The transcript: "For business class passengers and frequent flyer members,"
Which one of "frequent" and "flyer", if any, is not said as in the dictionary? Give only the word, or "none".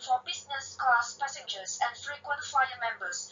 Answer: flyer